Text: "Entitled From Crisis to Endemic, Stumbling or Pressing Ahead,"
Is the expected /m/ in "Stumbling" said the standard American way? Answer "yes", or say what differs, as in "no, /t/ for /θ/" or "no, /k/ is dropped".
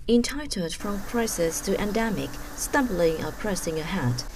yes